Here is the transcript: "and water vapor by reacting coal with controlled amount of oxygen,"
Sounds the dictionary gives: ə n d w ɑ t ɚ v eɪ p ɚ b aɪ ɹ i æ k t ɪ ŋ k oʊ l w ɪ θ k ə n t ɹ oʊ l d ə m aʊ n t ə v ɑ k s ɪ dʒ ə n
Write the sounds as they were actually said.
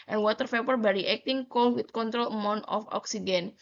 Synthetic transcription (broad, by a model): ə n w ɑ t ɚ p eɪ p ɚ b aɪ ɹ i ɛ k t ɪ ŋ k oʊ l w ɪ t k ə n t ɹ oʊ l ə m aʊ n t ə f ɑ k s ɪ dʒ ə n